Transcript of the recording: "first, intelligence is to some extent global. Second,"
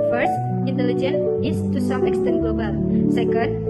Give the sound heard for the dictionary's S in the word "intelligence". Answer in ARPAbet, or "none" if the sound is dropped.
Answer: none